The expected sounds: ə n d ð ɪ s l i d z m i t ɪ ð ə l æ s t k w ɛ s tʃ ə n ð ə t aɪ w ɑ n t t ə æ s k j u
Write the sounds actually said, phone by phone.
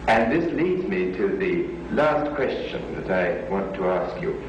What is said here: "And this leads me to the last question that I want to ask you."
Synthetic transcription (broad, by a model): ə n ð ɪ s l i d z m i t ɪ ð ə l æ s t k w ɛ s tʃ ə n ð ə t aɪ w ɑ n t t ə æ s k j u